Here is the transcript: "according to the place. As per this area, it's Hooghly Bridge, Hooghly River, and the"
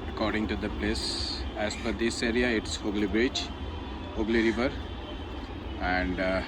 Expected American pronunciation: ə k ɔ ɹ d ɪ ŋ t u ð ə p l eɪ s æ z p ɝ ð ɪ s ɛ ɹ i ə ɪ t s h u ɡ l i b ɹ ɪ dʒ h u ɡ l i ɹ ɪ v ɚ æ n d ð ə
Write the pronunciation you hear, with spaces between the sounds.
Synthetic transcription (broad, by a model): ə k ɔ ɹ d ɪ ŋ t u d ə p l eɪ s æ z f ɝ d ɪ s ɛ ɹ i ə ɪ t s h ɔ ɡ l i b ɹ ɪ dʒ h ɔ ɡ l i ɹ ɪ v ɚ æ n d